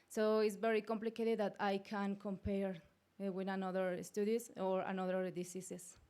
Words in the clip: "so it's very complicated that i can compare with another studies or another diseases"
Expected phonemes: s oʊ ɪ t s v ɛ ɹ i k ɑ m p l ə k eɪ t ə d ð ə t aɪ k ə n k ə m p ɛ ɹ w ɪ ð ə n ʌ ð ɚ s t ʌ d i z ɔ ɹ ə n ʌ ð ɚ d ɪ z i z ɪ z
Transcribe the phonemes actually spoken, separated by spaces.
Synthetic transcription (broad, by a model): s oʊ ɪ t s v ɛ ɹ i k ɑ m p l ə k eɪ t ə d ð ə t aɪ k ə n k ə m p ɛ ɹ w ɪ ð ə n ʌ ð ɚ s t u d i s ɔ ɹ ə n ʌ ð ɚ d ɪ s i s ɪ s